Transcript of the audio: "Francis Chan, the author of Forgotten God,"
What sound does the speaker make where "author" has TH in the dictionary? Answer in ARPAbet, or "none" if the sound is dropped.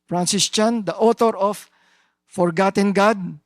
T